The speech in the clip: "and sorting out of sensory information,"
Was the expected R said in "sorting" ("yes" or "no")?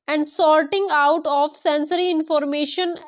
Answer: no